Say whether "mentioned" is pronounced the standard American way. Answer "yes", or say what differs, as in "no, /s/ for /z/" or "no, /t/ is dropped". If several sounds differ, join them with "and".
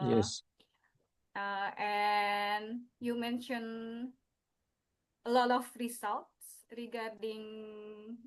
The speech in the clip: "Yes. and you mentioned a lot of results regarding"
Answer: no, /d/ is dropped